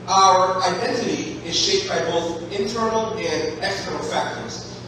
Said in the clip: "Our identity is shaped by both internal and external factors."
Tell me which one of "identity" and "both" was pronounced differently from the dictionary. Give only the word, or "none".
none